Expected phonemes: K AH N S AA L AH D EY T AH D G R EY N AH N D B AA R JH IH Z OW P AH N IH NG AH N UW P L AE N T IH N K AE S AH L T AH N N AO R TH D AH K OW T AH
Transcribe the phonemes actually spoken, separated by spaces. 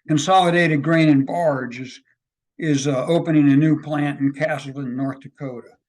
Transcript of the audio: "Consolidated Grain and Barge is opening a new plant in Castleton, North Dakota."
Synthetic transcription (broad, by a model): K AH N S AA L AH D EY T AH D G R EY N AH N B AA R JH IH Z OW P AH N IH NG AH N UW P L AE N T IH N K AE S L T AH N N AO R TH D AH K OW T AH